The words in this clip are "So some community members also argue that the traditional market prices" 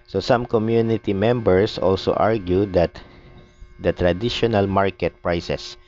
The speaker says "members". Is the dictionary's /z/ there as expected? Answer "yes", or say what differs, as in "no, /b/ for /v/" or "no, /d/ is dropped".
no, /s/ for /z/